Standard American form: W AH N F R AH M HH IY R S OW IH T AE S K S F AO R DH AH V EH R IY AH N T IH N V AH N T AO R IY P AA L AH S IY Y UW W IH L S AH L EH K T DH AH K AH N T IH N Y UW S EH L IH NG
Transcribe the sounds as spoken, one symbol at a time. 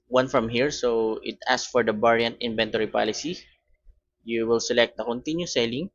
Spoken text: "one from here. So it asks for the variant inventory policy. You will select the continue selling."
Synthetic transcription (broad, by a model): W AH N F R AH M HH IY R S OW IH T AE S S F AO R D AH B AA R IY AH N T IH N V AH N T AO R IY P AA L AH S IY Y UW W IH L S AH L EH K T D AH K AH N T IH N Y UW S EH L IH NG